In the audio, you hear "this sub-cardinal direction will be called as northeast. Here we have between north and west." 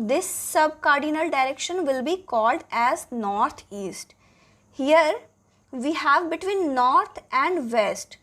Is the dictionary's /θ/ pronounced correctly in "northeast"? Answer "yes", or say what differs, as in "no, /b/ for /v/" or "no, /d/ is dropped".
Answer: no, /t/ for /θ/